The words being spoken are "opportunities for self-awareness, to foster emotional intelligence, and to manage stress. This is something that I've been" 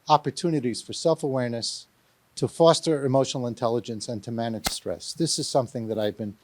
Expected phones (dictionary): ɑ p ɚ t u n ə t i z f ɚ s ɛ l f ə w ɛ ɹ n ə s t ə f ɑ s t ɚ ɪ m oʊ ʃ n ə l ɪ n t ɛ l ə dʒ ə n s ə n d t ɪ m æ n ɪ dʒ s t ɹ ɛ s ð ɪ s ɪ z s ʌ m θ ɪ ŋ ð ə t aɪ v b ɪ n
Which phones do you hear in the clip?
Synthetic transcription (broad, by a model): ɑ p ɚ t u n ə t i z f ɚ s ɛ l f ə w ɛ ɹ n ə s t ə f ɑ s t ɚ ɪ m oʊ ʃ n l ɪ n t ɛ l ə dʒ ə n s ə n t ɪ m æ n ɪ dʒ s t ɹ ɛ s ð ɪ s ɪ z s ʌ m θ ɪ ŋ ð ə t aɪ v b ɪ n